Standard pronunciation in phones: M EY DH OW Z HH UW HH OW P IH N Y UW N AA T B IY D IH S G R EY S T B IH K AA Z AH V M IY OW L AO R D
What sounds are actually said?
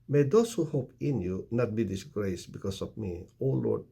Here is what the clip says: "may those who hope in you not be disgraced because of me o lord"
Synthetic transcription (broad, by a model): M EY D OW S HH UW HH OW P IH N Y UW N AA T B IY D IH S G R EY S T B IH K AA S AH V M IY OW L AO R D